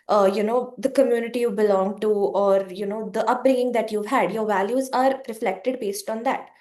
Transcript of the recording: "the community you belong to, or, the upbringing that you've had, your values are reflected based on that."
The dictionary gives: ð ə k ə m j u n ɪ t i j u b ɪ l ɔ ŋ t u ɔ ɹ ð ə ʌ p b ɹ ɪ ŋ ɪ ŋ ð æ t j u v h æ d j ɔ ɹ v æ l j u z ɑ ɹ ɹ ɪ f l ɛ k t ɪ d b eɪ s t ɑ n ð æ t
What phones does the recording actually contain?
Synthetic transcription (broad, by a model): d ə k ə m j u n ɪ t i j u b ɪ l ɔ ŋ t u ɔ ɹ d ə ʌ p b ɹ ɪ ŋ ɪ ŋ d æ t j u v h æ d j ɔ ɹ v æ l j u z ɑ ɹ ɹ ɪ f l ɛ k t ɪ d b eɪ s t ɑ n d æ t